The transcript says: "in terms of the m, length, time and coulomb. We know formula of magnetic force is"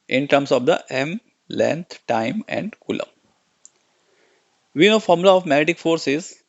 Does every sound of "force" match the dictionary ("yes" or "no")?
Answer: yes